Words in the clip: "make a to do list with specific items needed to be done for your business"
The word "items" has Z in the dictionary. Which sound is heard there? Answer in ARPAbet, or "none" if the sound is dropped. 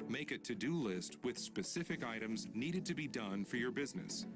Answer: Z